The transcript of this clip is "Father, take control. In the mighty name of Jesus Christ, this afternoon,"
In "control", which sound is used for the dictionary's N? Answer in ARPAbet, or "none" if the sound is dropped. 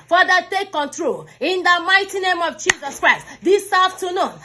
N